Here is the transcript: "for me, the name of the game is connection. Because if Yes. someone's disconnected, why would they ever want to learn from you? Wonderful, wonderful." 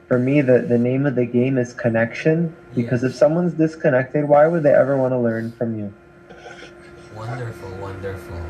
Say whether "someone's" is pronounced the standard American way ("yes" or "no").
yes